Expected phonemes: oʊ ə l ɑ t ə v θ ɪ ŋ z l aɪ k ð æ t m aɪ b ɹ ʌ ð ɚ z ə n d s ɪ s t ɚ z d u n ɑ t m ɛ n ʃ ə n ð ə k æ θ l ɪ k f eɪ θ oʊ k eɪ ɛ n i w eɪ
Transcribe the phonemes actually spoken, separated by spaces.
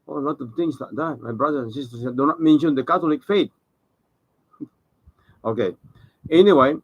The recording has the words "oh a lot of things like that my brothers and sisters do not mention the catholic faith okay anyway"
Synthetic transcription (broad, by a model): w ə l ɑ t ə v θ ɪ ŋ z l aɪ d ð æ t m aɪ b ɹ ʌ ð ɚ ə n s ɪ s t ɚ s d u n ɑ t m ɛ n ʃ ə n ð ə k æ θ l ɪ k f eɪ t oʊ k eɪ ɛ n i w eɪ